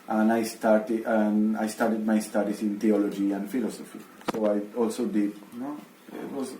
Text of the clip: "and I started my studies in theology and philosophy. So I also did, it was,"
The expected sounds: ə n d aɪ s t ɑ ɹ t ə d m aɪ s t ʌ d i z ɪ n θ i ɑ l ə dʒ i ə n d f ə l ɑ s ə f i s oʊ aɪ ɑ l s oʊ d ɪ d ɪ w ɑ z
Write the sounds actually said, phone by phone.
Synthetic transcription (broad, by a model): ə n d aɪ s t ɑ ɹ t ə d m aɪ s t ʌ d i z ɪ n t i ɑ l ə dʒ i ə n d f ə l ɑ s ə f i s oʊ aɪ ɑ l s oʊ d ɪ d ɪ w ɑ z